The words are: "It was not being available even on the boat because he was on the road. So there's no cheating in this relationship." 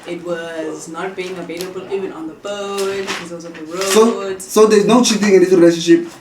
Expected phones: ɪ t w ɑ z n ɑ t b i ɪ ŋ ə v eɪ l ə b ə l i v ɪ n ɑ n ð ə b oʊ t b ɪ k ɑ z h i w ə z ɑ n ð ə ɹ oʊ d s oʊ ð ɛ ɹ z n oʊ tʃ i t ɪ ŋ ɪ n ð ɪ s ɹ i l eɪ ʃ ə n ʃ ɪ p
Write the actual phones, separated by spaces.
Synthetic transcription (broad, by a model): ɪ t w ɑ z n ɑ t b i ɪ ŋ ə v eɪ l ə b ə l i v ɪ n ɑ n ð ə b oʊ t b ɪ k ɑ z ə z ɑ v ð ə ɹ oʊ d s oʊ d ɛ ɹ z n oʊ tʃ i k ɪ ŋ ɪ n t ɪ ɹ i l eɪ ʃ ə n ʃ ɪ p